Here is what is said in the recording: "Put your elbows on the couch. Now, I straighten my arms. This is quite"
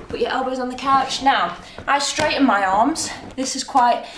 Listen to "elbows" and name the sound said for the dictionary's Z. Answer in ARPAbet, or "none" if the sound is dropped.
Z